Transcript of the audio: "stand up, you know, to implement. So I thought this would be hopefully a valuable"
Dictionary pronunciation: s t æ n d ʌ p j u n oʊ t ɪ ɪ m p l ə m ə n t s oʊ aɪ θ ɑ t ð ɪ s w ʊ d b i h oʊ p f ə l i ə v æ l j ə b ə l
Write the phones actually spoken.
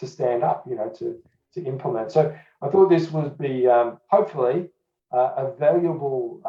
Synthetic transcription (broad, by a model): s t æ n d ʌ p j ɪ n oʊ t ɪ ɪ m p l ə m ə n t s oʊ aɪ θ ɑ t ð ɪ s w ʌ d b i h oʊ p f l i ə v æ l j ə b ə l